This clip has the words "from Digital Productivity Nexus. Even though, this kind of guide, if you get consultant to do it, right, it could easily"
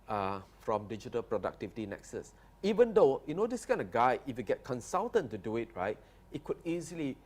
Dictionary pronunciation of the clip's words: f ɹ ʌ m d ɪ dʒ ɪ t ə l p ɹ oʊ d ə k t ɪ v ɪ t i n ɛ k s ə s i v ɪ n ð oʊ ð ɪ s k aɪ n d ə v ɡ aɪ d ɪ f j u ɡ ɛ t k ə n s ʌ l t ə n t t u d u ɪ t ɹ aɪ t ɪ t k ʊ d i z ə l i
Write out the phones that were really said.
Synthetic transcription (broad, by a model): f ɹ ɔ m d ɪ dʒ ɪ t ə l p ɹ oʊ d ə k t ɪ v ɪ t i n ɛ k s ə s i v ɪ n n oʊ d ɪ s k aɪ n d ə ɡ aɪ ɪ f j u ɡ ɛ t k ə n s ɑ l t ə n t t u d u ɪ t ɹ aɪ t ɪ t k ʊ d i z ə l i